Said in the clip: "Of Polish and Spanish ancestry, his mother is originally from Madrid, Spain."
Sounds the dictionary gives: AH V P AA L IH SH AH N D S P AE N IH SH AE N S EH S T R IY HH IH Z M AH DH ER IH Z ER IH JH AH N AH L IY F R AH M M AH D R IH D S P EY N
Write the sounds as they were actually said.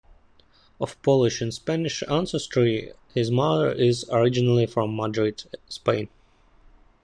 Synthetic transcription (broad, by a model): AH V P AA L IH SH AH N S P AE N IH SH AE N S EH S T R IY HH IH Z M AH DH ER IH Z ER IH JH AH N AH L IY F R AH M M AH D R IH D S P EY N